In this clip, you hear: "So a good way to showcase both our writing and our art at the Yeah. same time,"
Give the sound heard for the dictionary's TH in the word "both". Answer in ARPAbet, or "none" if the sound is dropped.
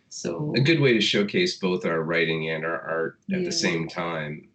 TH